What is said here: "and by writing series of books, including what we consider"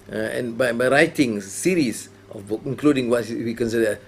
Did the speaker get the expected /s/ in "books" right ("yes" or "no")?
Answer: no